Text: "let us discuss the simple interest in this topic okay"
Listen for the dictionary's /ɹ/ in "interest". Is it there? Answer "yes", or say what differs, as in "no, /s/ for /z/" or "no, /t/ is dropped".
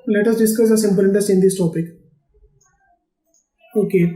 no, /ɹ/ is dropped